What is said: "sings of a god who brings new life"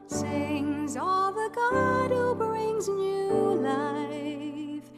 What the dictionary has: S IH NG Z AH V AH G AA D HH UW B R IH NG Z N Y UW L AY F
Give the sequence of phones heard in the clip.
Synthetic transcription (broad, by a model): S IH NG Z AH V AH G AA D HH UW B R IH NG Z N Y UW L AY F